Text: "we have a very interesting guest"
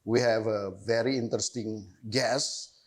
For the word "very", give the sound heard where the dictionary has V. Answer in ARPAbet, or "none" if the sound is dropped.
V